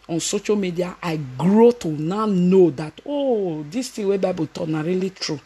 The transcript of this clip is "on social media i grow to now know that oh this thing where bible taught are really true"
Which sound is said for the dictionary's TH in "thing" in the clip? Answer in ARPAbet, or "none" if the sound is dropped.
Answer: T